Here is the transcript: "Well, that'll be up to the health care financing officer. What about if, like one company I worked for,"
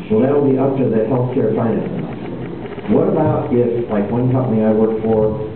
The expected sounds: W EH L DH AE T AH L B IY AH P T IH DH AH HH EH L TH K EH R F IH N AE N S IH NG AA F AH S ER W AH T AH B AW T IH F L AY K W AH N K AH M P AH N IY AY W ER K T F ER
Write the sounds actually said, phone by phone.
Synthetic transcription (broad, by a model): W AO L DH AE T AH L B IY AH P T IH DH AH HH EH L F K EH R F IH IH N IH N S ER W AH T AH B AW T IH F L AY K W AH N K AH M P AH N IY AY W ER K F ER